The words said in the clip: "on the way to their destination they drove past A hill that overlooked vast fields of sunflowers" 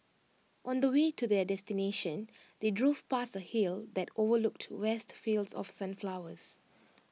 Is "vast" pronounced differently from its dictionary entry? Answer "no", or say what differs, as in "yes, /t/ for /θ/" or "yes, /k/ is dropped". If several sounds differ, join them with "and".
yes, /w/ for /v/